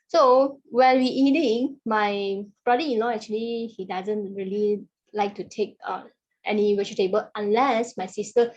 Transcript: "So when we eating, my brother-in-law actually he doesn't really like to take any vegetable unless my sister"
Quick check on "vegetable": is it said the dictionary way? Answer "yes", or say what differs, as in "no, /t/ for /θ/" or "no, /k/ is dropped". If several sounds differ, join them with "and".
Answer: no, /w/ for /v/